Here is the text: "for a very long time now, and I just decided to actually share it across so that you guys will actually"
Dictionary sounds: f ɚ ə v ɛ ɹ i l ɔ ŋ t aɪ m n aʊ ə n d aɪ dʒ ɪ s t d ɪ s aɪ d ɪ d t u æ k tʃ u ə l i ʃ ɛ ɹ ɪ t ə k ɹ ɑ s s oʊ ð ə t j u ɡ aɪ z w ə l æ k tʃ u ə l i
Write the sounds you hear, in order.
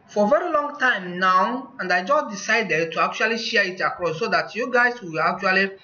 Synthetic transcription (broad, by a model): f ə v ɛ ɹ i l ɔ ŋ t aɪ m n aʊ ə n d aɪ dʒ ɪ s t d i s aɪ d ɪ d t u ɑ k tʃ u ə l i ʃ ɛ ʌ ɪ t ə k ɹ ɑ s s oʊ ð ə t j u ɡ aɪ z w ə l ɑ k tʃ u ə l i